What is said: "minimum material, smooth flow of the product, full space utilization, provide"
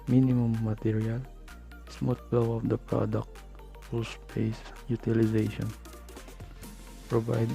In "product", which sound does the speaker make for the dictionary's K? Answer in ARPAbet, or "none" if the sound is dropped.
K